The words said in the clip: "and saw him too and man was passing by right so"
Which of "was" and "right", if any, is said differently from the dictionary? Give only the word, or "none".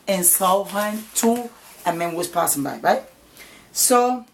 was